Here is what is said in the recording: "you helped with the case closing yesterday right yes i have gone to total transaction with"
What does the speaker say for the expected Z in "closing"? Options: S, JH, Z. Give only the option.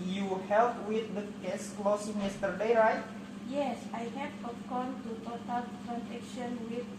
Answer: S